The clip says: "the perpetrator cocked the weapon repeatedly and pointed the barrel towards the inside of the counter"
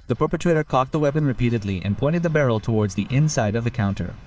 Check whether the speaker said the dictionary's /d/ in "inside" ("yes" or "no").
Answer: yes